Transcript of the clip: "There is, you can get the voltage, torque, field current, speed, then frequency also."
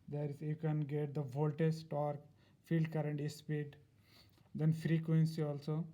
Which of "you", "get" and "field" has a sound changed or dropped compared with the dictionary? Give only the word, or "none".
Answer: none